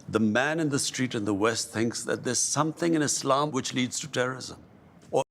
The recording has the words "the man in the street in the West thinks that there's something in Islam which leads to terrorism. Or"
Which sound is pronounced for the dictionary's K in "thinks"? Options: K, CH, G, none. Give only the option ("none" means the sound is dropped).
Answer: K